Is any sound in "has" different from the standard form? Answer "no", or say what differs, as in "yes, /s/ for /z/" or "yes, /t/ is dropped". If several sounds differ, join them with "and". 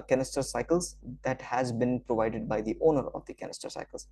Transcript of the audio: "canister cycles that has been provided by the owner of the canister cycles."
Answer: no